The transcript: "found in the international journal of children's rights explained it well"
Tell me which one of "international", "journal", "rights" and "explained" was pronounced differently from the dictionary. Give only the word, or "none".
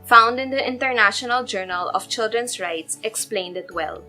none